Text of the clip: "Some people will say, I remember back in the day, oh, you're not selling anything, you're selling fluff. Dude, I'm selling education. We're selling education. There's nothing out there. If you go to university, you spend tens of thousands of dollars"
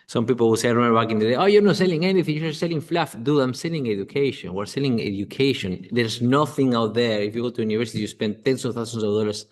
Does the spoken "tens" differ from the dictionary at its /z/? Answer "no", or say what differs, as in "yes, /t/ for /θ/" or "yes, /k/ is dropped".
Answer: yes, /s/ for /z/